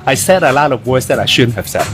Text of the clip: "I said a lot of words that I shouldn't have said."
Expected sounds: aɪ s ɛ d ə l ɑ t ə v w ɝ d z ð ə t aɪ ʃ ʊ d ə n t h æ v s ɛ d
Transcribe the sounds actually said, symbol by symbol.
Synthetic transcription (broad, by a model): aɪ s ɛ d ə l ɑ t ə v w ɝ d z ð ə t aɪ ʃ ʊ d n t h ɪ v s ɛ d